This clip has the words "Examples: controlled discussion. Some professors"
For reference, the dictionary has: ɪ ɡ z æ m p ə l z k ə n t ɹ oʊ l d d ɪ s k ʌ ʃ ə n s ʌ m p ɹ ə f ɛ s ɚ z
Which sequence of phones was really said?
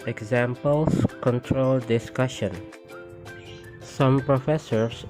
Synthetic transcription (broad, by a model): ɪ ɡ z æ m p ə l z k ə n t ɹ oʊ l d d ɪ s k ʌ ʃ ə n s ʌ m p ɹ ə f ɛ s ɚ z